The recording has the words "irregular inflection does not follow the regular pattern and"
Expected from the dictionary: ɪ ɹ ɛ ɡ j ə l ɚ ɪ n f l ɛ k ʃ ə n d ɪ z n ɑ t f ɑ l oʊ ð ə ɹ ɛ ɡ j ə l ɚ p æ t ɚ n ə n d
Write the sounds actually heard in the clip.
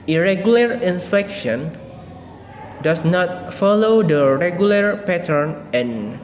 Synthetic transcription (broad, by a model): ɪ ɹ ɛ ɡ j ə l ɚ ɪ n f ɛ k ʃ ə n d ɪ s n ɑ t f ɑ l oʊ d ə ɹ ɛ ɡ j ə l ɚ p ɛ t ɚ n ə n